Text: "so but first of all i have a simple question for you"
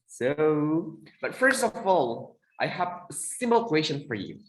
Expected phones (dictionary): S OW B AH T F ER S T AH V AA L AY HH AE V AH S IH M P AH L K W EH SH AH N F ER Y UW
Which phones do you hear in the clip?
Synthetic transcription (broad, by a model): S OW B AH T F ER S T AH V AA L AY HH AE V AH S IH M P L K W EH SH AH N F ER Y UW